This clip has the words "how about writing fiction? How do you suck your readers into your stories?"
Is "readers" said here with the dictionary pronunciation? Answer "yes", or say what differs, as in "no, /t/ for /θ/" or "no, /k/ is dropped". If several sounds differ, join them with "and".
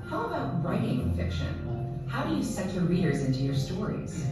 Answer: yes